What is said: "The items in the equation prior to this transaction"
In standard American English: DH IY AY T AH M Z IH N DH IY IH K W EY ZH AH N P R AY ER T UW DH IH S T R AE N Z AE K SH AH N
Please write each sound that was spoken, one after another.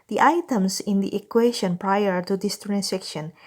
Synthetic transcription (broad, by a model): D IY AY T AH M S IH N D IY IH K W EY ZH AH N P R AY ER T UW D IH S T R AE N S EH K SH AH N